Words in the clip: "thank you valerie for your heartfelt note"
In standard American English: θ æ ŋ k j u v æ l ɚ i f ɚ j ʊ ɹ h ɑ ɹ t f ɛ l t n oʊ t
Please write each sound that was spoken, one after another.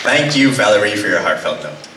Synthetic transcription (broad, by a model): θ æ ŋ k j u v æ l ɚ i f ɚ j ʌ ɹ h ɑ ɹ t f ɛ l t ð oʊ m